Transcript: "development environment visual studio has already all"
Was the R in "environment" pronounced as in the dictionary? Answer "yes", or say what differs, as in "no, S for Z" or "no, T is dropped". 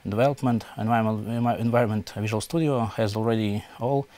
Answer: yes